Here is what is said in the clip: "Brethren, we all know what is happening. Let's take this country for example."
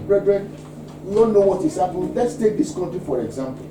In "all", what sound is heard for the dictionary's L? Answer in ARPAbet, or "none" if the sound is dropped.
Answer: N